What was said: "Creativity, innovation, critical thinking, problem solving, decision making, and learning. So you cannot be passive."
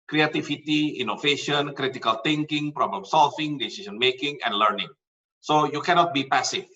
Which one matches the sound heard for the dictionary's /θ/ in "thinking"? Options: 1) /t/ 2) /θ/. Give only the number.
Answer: 1